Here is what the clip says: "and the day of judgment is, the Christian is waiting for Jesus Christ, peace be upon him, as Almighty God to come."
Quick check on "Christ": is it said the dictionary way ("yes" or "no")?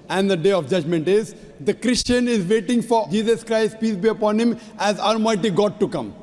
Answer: yes